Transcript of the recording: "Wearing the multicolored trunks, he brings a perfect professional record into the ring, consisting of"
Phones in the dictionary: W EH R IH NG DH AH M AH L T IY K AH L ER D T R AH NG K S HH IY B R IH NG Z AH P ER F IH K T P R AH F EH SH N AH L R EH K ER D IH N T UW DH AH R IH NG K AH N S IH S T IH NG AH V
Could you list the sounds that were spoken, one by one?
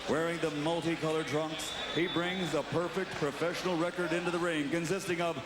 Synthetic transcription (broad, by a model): W EH R IH NG DH AH M AH L T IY K AH L ER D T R AH NG K S HH IY B R IH NG Z AH P ER F IH K T P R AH F EH SH N L R EH K ER D IH N T UW DH AH R IH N K AH N S IH S T IH NG AH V